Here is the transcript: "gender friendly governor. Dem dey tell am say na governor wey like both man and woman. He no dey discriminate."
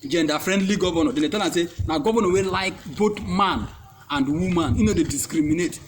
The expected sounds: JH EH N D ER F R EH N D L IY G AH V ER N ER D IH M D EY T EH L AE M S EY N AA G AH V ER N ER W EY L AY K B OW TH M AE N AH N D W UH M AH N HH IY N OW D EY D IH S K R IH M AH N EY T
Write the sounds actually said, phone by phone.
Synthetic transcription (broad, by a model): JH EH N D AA F R EH N D L IY G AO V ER N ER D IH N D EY T EH L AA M S EY N AA G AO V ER N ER W EY L AY K B OW T M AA N AH N D W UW M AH N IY N OW D EY D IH S K R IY M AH N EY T